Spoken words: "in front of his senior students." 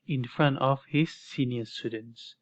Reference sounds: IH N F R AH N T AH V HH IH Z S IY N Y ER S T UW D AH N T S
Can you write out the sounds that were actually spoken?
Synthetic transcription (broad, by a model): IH N F R AH N T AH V HH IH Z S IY N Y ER S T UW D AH N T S